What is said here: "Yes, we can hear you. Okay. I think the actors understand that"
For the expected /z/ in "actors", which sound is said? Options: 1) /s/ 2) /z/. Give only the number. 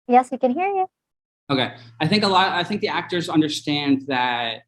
2